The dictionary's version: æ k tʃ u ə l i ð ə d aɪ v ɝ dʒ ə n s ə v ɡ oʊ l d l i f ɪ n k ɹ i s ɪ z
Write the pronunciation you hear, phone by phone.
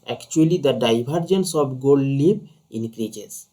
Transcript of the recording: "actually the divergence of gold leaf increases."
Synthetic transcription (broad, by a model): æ k tʃ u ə l i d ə d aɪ b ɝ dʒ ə n s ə b ɡ oʊ l d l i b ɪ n k ɹ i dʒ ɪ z